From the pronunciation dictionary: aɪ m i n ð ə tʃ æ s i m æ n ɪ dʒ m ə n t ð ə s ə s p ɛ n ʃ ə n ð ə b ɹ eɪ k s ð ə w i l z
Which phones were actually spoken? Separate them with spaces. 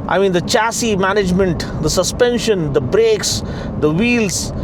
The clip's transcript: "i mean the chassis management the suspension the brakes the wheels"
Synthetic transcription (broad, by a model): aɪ m i n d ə tʃ æ s i m æ n ɪ dʒ m ə n t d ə s ə s p ɛ n ʃ ə n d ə b ɹ eɪ k s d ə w i l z